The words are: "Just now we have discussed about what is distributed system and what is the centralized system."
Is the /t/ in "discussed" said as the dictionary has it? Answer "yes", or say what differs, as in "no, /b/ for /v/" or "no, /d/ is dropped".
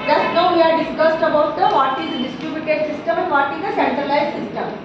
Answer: yes